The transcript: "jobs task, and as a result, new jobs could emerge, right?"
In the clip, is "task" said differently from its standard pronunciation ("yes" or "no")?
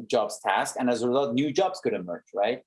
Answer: no